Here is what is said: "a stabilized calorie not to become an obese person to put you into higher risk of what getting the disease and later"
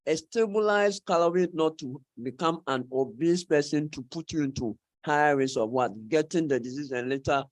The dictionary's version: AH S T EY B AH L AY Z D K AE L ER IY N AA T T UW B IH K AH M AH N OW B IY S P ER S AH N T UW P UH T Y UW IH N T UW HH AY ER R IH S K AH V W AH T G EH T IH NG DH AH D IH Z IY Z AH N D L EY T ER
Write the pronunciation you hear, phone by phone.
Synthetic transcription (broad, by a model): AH S T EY B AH L AY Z K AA L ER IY N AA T T UW B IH K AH M AH N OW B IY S P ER S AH N T UW P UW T Y UW IH N T UW HH AY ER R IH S AH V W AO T G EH T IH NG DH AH D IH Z IY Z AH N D L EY T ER